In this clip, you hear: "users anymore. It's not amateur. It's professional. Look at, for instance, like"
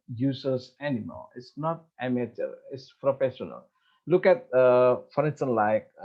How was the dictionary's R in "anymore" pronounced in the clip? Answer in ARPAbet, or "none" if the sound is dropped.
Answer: L